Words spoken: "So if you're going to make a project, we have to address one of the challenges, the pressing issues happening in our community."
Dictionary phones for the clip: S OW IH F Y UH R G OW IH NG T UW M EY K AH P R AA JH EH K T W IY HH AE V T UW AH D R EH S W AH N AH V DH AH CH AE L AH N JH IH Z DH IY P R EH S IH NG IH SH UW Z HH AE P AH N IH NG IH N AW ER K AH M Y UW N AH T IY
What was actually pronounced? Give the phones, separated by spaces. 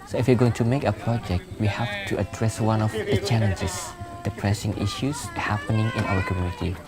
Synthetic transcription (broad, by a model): S OW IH F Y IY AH G OW IH NG T UW M EY K AH P R AA JH EH K T W IY HH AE F T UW AH D R EH S W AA N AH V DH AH CH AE L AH N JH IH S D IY P R EH S IH NG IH SH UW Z HH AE P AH N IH NG IH N AW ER K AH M Y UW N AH T IY